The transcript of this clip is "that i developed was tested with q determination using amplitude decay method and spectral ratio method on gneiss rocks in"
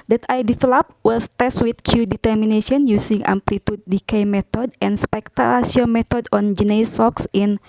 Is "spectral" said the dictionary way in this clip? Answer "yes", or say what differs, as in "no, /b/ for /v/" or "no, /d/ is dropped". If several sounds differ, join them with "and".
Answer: no, /ɹ/ is dropped